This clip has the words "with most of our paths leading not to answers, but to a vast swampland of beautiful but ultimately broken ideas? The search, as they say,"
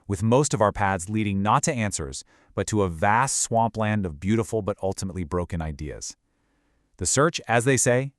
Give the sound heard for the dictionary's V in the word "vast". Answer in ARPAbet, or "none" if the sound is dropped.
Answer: V